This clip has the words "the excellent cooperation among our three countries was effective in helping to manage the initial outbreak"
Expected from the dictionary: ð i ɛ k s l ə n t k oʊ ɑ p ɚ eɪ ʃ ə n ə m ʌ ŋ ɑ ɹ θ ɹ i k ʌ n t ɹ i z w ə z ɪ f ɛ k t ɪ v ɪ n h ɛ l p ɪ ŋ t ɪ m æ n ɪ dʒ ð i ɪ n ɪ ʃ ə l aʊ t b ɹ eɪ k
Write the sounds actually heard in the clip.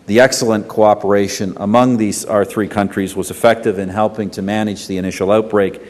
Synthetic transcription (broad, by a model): ð i ɛ k s l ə n k oʊ ɑ p ɚ eɪ ʃ ə n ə m ʌ ŋ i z θ ɹ i k ʌ n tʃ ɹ i z w ə z ɪ f ɛ k t ɪ v ɪ n h ɛ l p ɪ ŋ t ɪ m æ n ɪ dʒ ð i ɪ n ɪ ʃ l aʊ t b ɹ eɪ k